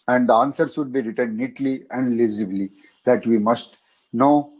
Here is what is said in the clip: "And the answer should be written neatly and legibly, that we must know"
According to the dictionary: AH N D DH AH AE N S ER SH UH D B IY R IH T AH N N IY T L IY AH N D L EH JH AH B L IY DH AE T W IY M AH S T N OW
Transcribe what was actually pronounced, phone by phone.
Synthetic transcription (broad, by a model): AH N D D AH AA N S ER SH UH D B IY R IH T AH N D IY T L IY AH N D L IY Z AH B L IY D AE T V IY M AH S T N OW